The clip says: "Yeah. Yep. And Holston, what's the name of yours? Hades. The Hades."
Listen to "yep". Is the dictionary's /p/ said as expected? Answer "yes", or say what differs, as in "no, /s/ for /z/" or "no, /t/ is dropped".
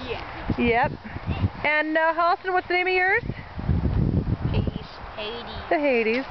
yes